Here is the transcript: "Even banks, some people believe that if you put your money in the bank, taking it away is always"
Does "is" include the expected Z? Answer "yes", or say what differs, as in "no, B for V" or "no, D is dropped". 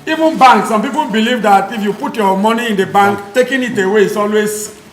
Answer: no, S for Z